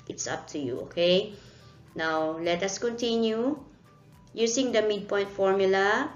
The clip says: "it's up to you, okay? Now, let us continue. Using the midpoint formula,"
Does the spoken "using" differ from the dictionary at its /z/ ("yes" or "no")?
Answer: yes